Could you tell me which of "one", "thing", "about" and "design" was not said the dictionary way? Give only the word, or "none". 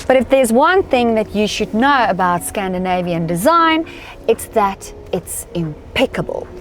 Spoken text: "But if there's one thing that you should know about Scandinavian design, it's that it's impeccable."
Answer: none